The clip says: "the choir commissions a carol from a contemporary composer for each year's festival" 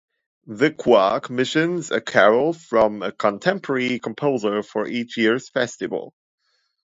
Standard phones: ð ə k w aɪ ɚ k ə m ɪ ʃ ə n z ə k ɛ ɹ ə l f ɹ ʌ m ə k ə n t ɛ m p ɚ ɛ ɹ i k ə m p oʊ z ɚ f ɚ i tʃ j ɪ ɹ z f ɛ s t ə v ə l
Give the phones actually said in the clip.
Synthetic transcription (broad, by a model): ð ə k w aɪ k m ɪ ʃ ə n z ə k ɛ ɹ l f ɹ ʌ m ə k ə n t ɛ m p ɚ ɛ ɹ i k ə m p oʊ z ɚ f ɚ i tʃ j ɪ ɹ z f ɛ s t ə v ə l